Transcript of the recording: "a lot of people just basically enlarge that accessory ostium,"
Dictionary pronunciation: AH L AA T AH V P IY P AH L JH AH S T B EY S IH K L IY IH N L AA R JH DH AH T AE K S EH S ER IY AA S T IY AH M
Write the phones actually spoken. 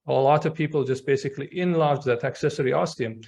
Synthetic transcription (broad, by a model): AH L AA T AH V P IY P AH L JH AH S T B EY S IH K L IY IH N L AA R JH DH AH T AE K S EH S ER IY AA S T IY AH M